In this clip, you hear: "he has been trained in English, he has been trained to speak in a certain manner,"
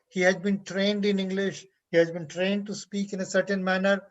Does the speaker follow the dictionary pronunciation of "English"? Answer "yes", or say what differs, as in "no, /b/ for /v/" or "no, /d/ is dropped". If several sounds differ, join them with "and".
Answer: yes